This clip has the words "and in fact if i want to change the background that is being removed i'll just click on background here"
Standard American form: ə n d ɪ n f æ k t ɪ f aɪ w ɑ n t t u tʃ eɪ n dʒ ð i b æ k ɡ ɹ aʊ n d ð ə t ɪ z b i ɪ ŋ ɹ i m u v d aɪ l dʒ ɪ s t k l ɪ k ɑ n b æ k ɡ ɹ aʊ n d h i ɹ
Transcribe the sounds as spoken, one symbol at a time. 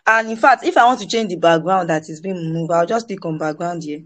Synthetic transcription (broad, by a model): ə n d ɪ n f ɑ k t ɪ f aɪ w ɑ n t t u tʃ eɪ n dʒ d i b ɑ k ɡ ɹ aʊ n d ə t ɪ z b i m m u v aɪ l dʒ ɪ s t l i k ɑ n b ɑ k ɡ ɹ aʊ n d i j